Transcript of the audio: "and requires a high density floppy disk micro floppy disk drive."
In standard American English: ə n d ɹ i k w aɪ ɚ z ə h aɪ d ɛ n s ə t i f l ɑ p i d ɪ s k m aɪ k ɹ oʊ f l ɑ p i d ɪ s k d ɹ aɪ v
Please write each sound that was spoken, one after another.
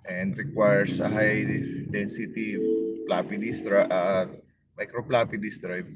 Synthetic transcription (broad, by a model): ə n d ɹ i k w aɪ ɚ s ə h aɪ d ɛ n s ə t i p l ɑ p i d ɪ s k m aɪ k ɹ oʊ p l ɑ p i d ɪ s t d ɹ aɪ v